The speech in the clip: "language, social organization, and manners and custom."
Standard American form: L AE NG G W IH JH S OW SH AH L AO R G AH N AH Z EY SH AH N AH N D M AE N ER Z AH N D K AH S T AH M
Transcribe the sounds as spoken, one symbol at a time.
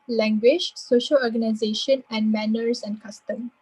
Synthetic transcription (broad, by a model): L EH NG G W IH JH S OW SH AH L AO G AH N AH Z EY SH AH N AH N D M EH N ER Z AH N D K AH S T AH M